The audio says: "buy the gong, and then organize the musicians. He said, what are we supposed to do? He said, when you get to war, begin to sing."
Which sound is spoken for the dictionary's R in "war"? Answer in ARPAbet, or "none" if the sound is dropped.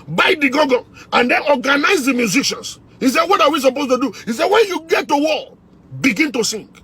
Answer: L